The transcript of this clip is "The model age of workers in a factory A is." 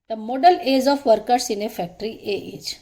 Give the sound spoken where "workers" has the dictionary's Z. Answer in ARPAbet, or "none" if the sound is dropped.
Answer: S